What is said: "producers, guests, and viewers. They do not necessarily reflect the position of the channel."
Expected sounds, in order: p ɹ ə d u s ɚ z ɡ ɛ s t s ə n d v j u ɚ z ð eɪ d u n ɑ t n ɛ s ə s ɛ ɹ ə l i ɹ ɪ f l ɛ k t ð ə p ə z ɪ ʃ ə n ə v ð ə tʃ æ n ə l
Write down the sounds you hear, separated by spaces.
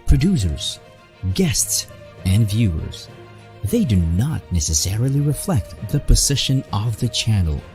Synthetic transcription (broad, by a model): p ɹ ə d u s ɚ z ɡ ɛ s t s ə n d v j u ɚ z ð eɪ d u n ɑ t n ɛ s ə s ɛ ɹ ə l i ɹ ɪ f l ɛ k t ð ə p ə z ɪ ʃ ə n ə v ð ə tʃ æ n l